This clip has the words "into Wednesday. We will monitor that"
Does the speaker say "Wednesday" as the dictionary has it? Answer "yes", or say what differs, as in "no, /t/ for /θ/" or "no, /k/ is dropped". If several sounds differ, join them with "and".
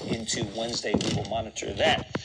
yes